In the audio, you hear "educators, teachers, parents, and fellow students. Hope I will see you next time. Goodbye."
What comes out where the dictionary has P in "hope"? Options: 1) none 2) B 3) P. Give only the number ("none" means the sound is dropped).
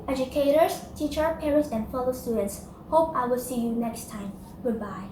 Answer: 3